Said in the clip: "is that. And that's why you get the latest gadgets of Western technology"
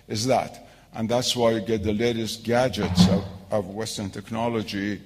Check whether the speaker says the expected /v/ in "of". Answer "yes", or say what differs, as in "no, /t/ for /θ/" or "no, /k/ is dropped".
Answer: yes